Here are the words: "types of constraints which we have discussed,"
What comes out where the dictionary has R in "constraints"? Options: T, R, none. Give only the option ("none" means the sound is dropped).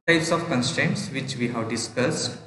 R